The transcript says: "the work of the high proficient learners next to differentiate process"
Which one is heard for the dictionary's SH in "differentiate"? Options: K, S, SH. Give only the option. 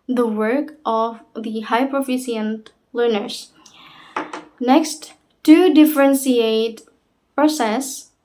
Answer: S